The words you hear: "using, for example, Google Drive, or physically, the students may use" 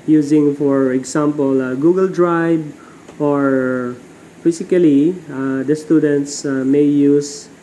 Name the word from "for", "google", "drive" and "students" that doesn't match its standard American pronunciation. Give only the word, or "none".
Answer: drive